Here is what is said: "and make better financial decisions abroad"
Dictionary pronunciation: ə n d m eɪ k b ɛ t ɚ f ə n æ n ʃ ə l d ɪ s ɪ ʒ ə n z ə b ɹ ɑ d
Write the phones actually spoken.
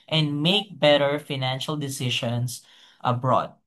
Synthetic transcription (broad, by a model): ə n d m eɪ k b ɛ t ɚ f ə n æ n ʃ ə l d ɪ s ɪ ʃ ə n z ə b ɹ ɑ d